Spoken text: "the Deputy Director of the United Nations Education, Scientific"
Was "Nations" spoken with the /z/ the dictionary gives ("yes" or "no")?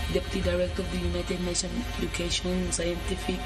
no